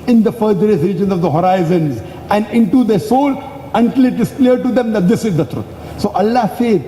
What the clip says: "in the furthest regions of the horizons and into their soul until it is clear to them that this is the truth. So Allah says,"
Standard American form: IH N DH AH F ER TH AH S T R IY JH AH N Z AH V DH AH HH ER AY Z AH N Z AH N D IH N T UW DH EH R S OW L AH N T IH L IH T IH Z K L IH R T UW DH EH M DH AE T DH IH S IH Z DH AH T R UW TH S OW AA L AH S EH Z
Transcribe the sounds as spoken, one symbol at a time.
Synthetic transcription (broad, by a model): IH N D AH F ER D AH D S R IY JH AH N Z AH V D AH HH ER AY Z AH N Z AH N D IH N T UW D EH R S OW L AH N T IH L IH T IH Z K L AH R T UW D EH M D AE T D IH S IH Z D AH T R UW T S OW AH L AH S EH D